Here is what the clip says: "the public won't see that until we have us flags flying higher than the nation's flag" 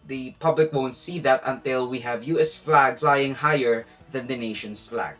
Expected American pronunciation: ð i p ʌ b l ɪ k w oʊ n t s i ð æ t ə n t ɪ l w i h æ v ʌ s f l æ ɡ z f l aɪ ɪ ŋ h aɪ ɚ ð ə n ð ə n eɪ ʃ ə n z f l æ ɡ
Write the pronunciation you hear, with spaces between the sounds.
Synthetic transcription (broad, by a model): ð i p ʌ b l ɪ k w oʊ n t s i ð æ t ə n t ɪ l w i h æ v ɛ s f l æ ɡ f l aɪ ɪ ŋ h aɪ ɚ ð ə n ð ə n eɪ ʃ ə n s f l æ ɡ